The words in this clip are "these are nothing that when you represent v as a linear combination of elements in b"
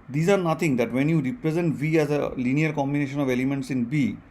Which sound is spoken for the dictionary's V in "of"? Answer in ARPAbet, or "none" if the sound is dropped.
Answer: V